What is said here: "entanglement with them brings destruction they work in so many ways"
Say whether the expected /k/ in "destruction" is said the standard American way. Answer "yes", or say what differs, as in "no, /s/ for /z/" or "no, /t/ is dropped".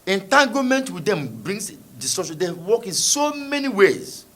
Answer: no, /k/ is dropped